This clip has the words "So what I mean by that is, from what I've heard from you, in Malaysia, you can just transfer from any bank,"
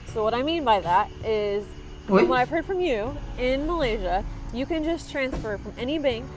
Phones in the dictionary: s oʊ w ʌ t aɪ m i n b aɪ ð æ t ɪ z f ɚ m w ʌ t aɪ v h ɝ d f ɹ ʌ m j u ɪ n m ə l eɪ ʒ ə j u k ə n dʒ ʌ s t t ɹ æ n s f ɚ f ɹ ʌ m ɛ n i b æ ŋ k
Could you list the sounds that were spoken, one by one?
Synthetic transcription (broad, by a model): s oʊ w ʌ t aɪ m i n b aɪ ð æ t ɪ z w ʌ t aɪ v h ɝ d f ɹ ʌ m j u ɪ n m ə l eɪ ʒ ə j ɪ k ə n dʒ ʌ s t t ɹ æ n s f ɚ f ɹ ʌ m ɛ n i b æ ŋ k